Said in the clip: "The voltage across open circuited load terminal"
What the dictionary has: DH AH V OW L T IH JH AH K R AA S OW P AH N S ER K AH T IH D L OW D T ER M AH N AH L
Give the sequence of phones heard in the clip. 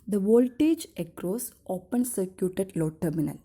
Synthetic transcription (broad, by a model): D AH V OW L T IH JH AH K R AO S OW P AH N S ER K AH T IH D L OW T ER M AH N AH L